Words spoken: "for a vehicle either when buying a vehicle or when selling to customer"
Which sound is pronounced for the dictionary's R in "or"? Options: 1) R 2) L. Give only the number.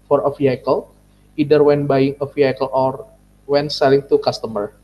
1